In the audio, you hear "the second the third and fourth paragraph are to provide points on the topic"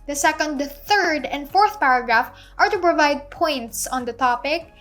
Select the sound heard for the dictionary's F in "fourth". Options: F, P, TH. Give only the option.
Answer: F